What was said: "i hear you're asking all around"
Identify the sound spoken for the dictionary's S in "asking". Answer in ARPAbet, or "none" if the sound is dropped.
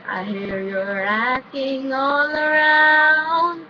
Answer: none